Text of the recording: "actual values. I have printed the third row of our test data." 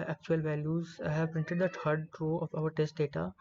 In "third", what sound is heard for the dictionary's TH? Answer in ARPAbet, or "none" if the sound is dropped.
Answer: T